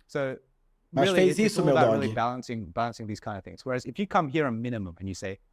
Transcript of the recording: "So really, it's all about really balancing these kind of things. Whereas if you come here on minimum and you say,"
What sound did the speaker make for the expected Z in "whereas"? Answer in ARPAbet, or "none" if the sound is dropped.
Z